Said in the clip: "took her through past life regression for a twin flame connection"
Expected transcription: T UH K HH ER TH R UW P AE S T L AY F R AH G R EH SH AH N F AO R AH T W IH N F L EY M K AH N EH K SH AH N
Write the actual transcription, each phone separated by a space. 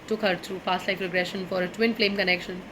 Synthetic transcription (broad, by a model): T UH K HH ER T R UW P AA S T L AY P R AH G R EH SH AH N F AO R AH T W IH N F L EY M K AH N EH K SH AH N